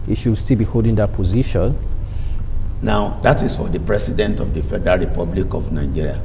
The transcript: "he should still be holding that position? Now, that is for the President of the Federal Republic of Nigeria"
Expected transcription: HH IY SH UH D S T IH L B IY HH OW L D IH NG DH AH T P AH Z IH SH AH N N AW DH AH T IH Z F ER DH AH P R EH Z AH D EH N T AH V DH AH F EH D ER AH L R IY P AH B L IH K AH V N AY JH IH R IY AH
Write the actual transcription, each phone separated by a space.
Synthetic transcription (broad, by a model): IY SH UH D S T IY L B IY HH OW L D IH NG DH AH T P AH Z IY SH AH N N AW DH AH T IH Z F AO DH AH P R EH S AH D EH N T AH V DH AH F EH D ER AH R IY P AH B L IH K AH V N AY JH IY R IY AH